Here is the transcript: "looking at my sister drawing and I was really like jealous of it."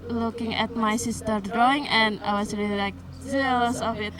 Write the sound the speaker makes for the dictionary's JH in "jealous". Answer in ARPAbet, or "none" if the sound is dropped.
Z